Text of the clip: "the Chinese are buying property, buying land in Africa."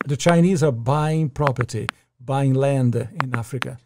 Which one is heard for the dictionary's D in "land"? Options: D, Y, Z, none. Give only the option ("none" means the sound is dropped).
D